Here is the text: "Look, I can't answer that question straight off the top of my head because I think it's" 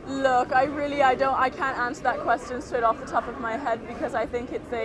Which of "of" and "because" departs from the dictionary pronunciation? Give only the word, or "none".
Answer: none